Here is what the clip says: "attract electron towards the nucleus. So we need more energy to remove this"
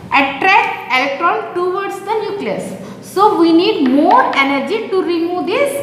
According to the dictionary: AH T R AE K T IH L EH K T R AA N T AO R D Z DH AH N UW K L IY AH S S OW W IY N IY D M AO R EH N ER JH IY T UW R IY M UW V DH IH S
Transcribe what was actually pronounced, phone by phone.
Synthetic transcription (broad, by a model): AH T R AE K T IH L EH K T R AA N T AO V D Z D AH N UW K L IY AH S S OW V IY N IY D M AO R EH N ER JH IY T UW R IY M UW V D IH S